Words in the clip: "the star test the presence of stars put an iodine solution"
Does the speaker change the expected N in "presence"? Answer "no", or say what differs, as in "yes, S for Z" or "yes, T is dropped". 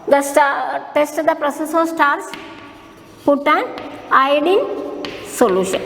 yes, N is dropped